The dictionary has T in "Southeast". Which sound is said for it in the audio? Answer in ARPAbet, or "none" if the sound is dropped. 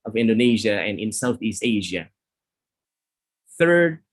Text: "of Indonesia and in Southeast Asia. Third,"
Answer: T